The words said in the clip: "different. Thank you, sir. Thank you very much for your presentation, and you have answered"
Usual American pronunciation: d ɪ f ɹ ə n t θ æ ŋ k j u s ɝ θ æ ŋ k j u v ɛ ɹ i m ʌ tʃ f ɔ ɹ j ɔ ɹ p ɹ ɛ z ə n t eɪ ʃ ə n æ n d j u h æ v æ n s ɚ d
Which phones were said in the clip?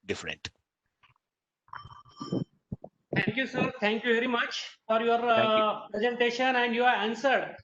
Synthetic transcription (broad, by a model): d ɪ f ɹ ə n t t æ ŋ k j u s ɝ t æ ŋ k j u v ɛ ɹ i m ʌ tʃ f ɔ ɹ j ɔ ɹ p ɹ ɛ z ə n t eɪ ʃ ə n æ n d j u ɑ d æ n s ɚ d